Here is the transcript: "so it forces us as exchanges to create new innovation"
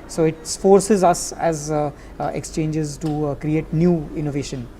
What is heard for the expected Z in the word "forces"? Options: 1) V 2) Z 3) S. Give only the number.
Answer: 2